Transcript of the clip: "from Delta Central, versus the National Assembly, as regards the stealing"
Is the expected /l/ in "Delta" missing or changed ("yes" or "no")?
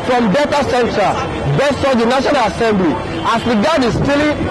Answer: yes